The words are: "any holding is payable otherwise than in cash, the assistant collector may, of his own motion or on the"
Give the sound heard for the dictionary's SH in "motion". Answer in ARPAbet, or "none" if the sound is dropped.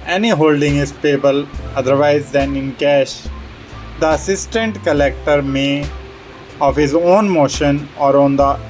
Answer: SH